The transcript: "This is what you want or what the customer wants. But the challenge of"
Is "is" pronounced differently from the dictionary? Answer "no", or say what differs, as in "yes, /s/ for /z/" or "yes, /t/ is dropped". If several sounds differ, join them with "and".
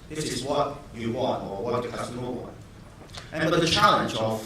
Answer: no